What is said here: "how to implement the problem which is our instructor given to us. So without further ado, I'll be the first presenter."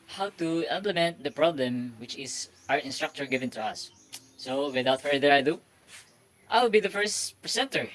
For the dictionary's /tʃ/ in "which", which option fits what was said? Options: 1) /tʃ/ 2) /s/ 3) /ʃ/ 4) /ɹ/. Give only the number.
1